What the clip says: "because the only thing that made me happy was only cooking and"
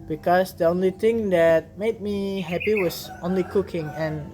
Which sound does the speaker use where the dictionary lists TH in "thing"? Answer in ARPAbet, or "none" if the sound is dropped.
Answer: T